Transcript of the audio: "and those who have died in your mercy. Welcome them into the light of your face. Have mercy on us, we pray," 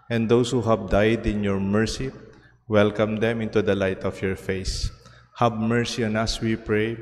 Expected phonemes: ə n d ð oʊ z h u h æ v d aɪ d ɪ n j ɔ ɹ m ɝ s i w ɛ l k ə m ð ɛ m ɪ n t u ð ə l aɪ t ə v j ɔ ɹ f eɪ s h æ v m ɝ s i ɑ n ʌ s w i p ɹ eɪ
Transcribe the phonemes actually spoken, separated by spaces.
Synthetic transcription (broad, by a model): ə n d oʊ s h u h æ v d aɪ d ɪ n j ɔ ɹ m ɝ s i w ɛ l k ə m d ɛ m ɪ n t u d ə l aɪ t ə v j ɔ ɹ f eɪ s h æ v m ɝ s i ɑ n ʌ s w i p ɹ eɪ